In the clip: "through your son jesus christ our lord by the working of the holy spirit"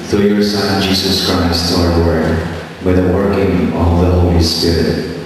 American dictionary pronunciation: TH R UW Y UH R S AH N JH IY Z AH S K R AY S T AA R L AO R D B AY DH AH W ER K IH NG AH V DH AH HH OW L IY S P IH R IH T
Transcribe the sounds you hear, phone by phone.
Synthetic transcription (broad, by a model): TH R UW Y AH R S AH N JH IY Z AH S K R AY S T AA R W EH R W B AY DH AH W ER K IH NG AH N DH AH HH OW L IY S P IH R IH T